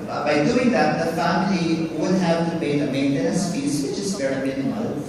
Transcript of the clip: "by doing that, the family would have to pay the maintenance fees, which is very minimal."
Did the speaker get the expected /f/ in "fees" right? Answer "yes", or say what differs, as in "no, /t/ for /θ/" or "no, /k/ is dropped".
no, /p/ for /f/